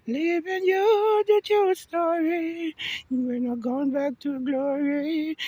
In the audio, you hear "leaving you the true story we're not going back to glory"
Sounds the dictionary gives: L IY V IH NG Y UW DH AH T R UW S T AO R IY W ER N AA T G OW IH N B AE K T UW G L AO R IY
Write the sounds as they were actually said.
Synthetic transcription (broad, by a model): L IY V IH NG Y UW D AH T UW S T AO R IY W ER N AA G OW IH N B AE K T UW G L AO R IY